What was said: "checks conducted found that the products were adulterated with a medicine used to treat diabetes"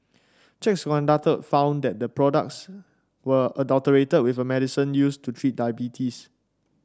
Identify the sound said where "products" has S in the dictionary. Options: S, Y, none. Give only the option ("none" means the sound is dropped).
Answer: S